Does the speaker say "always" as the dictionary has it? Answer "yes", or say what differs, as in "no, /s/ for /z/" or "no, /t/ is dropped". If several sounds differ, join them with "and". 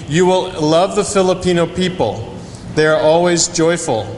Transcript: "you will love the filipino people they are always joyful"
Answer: yes